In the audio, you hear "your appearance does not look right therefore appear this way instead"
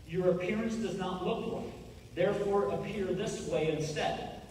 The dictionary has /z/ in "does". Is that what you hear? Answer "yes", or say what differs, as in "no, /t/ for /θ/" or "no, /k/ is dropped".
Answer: yes